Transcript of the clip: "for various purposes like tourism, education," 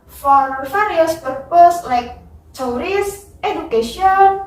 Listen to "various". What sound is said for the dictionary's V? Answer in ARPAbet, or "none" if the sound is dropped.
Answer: F